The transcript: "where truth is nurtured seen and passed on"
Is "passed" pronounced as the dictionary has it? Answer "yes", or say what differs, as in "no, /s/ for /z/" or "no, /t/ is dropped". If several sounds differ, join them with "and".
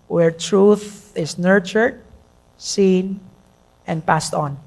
yes